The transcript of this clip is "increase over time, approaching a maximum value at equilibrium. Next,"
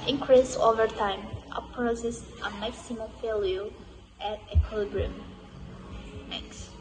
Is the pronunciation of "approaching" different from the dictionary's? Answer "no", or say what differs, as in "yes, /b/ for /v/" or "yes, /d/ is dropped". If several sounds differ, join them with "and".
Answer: yes, /s/ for /tʃ/